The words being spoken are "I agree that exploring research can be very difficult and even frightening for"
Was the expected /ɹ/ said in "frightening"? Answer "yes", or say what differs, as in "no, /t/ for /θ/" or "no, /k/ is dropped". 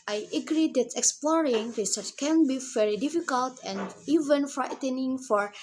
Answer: yes